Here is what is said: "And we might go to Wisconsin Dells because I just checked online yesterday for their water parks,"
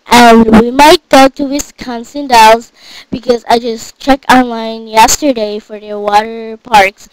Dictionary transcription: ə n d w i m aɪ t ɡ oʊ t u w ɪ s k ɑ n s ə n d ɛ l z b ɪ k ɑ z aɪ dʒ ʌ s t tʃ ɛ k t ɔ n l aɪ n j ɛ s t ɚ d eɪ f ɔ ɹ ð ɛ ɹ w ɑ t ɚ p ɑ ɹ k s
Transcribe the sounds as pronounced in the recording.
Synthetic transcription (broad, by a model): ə n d w i m aɪ t ɡ oʊ t u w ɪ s k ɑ n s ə n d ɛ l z b ɪ k ɑ z aɪ dʒ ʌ s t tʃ ɛ k ɔ n l aɪ n j ɛ s t ɚ d eɪ f ɔ ɹ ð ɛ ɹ w ɑ t ɚ p ɑ ɹ k s